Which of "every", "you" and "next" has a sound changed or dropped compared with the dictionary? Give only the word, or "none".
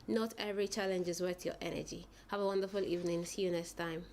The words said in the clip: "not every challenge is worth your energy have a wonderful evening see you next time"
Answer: next